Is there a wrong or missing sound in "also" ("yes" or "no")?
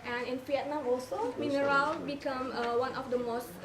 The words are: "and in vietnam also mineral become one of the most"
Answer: no